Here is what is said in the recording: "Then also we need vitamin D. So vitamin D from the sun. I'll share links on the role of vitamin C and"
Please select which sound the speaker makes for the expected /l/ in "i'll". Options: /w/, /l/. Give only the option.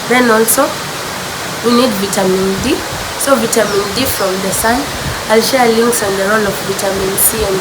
/l/